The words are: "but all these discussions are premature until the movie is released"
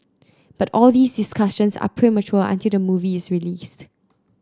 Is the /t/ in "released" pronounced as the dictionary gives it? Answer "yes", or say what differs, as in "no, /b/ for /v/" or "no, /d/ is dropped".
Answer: yes